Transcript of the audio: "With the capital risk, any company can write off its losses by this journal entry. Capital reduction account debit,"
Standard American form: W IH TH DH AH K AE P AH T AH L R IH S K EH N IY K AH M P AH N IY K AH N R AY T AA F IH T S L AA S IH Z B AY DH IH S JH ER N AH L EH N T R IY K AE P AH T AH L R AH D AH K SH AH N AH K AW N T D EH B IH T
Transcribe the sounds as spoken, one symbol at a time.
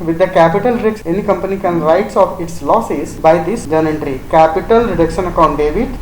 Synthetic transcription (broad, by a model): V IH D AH K AE P AH T AH L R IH K EH N IY K AH M P AH N IY K AH N R AY T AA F IH T S L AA S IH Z B AY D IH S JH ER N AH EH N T R IY K AE P AH T AH L R AH D AH K SH AH N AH K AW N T D EH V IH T